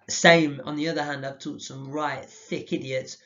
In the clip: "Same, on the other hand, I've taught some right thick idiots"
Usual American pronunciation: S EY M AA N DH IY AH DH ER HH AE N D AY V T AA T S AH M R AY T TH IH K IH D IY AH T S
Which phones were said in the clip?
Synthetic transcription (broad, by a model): S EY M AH N DH IY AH DH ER HH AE N D AY V T AA T S AH M R AY T TH IH K IH D IY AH T S